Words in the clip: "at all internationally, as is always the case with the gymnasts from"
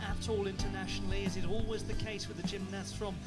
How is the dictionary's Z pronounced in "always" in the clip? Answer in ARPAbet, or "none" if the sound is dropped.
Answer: Z